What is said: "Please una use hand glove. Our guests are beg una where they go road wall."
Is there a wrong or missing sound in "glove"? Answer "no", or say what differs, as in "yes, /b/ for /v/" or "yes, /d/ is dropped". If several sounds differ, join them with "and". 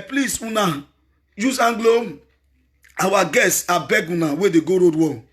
yes, /v/ is dropped